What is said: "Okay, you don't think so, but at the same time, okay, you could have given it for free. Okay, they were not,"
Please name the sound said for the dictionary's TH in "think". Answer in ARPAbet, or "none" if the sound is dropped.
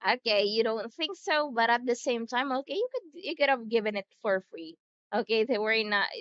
TH